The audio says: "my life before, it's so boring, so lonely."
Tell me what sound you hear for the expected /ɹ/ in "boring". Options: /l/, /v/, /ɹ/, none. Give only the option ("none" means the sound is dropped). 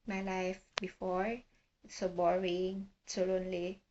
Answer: /ɹ/